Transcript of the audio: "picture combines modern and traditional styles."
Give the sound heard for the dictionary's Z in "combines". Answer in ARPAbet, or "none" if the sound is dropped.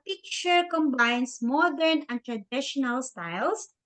S